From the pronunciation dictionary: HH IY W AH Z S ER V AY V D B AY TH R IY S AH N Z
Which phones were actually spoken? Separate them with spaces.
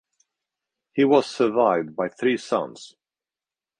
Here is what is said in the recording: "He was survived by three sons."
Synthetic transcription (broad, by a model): HH IY W AH Z S ER V AY V D B AY TH R IY S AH N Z